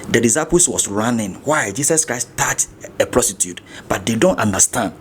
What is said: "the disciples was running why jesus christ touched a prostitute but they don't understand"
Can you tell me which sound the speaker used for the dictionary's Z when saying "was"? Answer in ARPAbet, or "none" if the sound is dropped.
S